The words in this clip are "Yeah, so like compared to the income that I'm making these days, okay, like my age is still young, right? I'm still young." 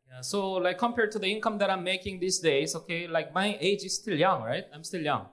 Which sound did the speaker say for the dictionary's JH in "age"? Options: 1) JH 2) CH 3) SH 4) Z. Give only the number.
1